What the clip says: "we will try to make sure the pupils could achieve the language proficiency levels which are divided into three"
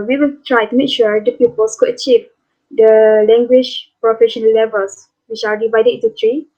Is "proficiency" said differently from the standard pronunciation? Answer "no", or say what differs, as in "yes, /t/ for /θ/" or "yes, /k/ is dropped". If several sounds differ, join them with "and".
yes, /s/ is dropped